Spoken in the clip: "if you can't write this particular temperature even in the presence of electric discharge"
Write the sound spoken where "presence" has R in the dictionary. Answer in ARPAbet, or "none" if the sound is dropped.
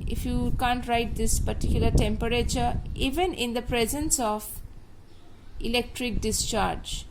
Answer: R